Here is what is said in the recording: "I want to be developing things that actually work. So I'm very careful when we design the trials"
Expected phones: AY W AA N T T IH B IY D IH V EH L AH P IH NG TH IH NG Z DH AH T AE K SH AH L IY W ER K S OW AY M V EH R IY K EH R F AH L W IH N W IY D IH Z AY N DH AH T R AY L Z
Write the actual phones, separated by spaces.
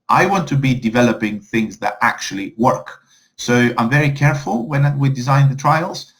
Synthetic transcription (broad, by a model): AY W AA N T T IH B IY D IH V EH L AH P IH NG TH IH NG Z DH AH T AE K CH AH L IY W ER K S OW AY M V EH R IY K EH R F AH L W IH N W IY D IH Z AY N DH AH T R AY L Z